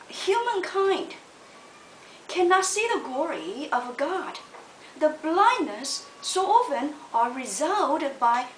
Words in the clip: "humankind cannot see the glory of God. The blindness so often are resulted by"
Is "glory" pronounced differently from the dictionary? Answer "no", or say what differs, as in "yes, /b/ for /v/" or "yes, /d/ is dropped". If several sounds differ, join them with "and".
no